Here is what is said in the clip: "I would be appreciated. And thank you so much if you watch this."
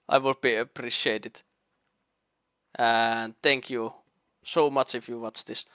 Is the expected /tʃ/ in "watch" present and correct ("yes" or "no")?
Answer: yes